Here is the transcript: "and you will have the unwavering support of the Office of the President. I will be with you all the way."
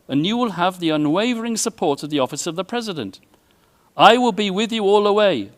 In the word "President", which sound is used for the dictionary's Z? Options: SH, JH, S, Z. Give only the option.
Z